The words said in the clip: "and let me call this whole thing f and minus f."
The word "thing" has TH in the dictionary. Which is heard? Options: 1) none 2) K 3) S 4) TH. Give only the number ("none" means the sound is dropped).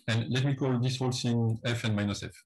3